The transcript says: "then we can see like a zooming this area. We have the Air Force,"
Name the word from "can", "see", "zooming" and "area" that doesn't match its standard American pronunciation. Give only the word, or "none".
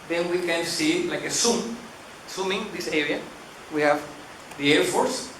zooming